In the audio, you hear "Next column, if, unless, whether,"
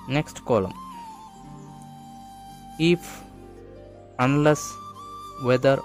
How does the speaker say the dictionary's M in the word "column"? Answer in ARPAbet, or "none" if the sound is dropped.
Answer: M